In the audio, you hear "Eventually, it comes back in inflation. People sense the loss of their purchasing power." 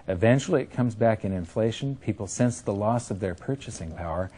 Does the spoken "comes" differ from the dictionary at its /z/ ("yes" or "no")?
no